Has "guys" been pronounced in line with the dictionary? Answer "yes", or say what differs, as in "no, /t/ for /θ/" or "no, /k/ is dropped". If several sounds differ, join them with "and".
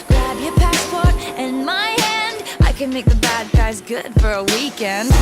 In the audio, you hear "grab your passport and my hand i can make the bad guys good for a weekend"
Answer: yes